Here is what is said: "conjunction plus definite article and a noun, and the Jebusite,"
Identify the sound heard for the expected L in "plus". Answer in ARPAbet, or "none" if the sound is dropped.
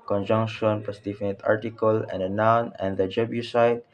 none